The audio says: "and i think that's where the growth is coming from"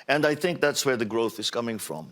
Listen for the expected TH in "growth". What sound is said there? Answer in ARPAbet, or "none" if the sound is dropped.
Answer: TH